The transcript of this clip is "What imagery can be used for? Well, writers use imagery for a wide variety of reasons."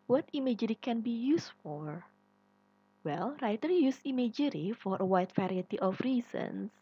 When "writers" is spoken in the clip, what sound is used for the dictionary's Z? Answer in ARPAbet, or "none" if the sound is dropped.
none